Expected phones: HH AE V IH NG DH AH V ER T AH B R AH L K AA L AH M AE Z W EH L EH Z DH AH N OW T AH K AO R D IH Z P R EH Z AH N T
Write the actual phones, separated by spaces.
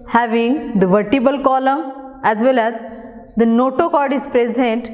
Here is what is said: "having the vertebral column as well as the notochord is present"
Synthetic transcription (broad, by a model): HH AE V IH NG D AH V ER T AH B AH L K AA L AH M AE Z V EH L EH Z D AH N OW T AH K AO R D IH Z P R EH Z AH N T